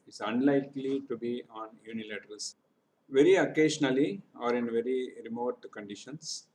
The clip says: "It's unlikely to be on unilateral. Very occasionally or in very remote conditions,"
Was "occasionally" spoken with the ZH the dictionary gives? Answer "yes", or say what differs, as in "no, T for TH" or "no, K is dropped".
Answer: no, SH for ZH